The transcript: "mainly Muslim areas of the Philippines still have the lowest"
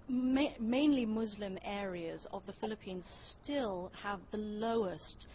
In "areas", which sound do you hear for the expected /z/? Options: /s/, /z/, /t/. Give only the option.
/z/